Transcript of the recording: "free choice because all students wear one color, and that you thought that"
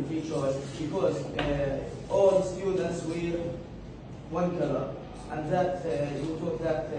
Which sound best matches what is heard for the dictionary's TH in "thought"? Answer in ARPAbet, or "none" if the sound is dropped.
T